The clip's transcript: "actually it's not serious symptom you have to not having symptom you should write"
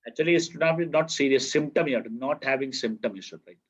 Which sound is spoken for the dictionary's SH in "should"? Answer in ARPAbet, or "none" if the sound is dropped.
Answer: S